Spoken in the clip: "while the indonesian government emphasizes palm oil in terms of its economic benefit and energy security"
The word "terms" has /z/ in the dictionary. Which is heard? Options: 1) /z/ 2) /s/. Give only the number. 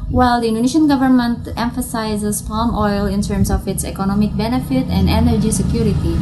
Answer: 2